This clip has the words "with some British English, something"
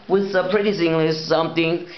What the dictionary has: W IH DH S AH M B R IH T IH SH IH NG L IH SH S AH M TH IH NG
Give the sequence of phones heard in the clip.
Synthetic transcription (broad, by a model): W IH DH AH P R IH T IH S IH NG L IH S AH M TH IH NG